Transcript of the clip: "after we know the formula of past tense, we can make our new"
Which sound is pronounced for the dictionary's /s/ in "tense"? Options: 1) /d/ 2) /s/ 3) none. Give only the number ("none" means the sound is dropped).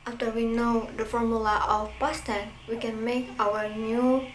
3